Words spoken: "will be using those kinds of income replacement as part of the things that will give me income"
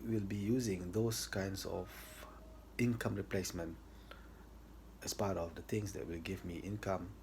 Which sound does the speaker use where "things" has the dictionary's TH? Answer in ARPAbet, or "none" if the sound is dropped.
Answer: T